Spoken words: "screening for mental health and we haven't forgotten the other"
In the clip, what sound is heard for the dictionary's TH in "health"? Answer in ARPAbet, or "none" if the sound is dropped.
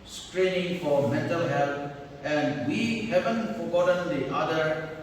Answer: T